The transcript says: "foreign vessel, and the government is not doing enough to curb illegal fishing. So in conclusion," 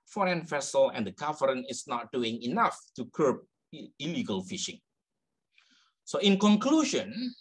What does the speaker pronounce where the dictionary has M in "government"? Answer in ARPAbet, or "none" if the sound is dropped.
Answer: none